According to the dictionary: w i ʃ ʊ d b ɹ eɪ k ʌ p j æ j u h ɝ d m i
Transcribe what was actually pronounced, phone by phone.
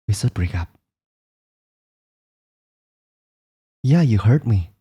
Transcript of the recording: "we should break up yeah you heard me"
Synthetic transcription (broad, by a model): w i s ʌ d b ɹ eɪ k ʌ p j æ j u h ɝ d m i